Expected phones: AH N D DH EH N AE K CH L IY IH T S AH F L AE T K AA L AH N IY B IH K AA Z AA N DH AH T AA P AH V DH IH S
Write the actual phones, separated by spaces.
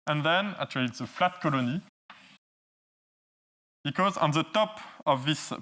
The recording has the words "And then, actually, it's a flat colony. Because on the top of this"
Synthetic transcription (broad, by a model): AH N DH EH N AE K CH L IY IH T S AH F L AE T K AA L AH N IY B IH K AA Z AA N DH AH T AA P AH V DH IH S